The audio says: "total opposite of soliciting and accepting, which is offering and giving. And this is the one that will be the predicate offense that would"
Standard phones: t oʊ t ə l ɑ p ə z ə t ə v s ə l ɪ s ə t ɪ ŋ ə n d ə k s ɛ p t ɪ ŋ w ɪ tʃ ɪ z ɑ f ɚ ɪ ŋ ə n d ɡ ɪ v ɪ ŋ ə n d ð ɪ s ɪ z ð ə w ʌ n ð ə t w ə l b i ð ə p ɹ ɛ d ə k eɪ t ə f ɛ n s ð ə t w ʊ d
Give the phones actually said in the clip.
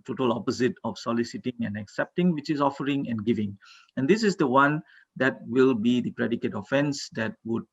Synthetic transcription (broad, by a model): t oʊ t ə l ɑ p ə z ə t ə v s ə l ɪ s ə t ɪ ŋ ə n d ə k s ɛ p t ɪ ŋ w ɪ tʃ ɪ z ɑ f ɚ ɪ ŋ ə n ɡ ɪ v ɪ ŋ ə n d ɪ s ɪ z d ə w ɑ n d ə t w ə l b i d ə p ɹ ɛ d ə k eɪ t ə f ɛ n s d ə t w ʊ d